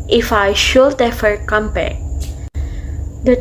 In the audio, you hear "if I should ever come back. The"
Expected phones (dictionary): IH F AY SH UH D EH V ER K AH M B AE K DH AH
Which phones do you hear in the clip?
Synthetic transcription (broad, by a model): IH F AY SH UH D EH F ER K AH M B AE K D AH